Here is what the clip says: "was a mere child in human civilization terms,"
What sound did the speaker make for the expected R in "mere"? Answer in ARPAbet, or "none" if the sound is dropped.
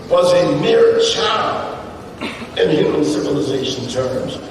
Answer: R